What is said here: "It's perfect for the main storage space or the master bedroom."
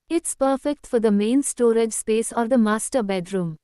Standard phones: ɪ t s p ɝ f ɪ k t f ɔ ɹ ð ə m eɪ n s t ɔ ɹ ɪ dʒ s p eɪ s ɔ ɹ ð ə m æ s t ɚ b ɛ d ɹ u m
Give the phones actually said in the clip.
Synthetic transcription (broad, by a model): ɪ t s p ɝ f ɪ k t f ɔ ɹ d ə m eɪ n s t ɔ ɹ ɪ dʒ s p eɪ s ɔ ɹ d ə m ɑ s t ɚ b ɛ d ɹ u m